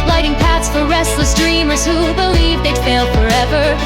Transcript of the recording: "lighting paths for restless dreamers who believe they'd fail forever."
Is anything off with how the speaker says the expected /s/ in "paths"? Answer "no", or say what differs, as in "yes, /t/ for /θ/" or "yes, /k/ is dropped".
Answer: no